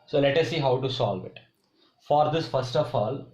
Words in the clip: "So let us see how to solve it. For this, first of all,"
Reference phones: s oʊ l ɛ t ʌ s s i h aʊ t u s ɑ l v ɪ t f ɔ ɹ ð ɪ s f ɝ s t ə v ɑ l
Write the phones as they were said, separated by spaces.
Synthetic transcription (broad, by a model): s oʊ l ɛ t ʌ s s i h aʊ t u s ɑ l v ɪ t f ɔ ɹ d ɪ s f ɝ s t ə f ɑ l